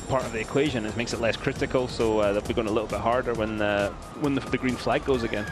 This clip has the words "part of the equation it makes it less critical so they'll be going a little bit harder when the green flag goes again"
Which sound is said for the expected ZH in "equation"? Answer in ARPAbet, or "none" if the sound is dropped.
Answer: ZH